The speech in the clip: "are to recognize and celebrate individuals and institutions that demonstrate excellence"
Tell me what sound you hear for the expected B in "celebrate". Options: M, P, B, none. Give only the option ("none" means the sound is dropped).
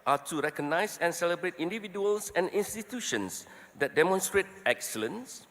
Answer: B